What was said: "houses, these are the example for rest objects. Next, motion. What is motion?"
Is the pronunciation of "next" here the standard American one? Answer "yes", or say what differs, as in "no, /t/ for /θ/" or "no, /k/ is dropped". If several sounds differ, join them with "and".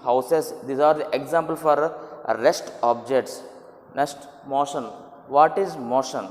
no, /k/ is dropped